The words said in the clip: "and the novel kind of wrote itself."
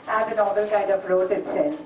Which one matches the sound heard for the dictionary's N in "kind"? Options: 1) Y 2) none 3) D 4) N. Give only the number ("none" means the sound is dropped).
2